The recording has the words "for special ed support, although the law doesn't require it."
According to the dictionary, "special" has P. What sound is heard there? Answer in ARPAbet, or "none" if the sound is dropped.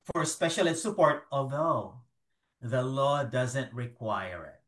P